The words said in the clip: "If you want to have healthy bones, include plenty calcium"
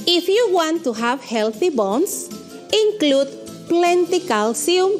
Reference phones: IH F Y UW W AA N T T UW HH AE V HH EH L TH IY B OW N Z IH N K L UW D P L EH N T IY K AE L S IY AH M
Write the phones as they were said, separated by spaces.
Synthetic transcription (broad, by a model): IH F Y UW W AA N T T UW HH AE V HH EH L TH IY B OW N S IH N K L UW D P L EH N T IY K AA L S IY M